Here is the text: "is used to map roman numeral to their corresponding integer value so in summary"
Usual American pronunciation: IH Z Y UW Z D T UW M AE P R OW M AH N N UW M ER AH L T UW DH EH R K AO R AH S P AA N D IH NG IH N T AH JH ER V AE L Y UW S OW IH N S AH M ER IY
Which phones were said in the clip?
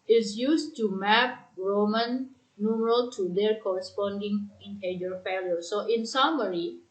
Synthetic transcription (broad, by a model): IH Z Y UW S T UW M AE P R OW M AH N N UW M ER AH L T UW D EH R K AO R AH S P AA N D IH NG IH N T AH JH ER F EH L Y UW S OW IH N S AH M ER IY